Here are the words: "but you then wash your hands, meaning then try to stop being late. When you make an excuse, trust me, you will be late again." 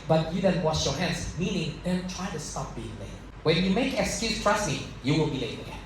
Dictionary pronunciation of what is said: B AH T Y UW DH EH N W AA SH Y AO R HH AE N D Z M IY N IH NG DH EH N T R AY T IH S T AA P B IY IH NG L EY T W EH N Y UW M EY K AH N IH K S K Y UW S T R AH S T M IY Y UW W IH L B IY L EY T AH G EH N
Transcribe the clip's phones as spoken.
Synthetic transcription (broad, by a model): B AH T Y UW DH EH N W AA SH Y AO R HH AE N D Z M IY N IH NG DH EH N T R AY T IH S T AA P B IY IH NG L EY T W EH N Y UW M EY AH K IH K S K Y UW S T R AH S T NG Y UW W IH L B IY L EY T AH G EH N